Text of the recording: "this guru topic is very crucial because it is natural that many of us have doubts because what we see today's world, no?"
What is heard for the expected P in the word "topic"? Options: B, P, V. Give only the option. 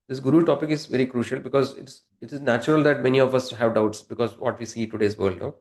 P